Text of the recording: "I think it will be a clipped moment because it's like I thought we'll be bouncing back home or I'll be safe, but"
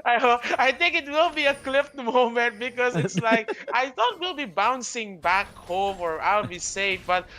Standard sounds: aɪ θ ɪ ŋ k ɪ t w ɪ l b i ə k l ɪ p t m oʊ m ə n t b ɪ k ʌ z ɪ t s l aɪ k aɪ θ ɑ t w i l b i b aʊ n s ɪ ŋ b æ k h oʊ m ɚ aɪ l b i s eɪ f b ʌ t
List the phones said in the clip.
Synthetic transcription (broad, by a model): aɪ θ ɪ ŋ k ɪ t w ɪ l b i ə k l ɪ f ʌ m oʊ m ə n t b ɪ k ʌ z ɪ t s l aɪ k aɪ θ ɑ t w i l b i b aʊ n s ɪ ŋ b æ k h oʊ m ɚ aɪ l b i s eɪ f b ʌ t